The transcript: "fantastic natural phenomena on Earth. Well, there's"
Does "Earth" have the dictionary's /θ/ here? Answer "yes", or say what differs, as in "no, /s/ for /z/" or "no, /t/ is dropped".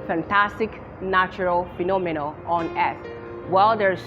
no, /s/ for /θ/